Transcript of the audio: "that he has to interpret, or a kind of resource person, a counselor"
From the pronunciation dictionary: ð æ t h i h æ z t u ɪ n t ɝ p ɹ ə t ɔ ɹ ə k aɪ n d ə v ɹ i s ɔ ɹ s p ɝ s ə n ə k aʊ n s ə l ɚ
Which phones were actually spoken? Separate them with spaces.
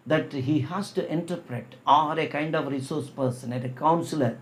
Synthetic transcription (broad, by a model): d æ t h i h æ s t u ɪ n t ɝ p ɹ ə t ɔ ɹ ə k aɪ n d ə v ɹ i s ɔ ɹ s p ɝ s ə n ə k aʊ n s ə l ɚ